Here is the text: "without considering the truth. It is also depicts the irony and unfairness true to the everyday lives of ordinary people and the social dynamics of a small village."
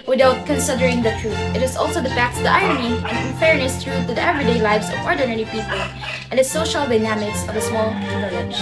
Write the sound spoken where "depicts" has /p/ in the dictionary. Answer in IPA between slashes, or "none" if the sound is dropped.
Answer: /f/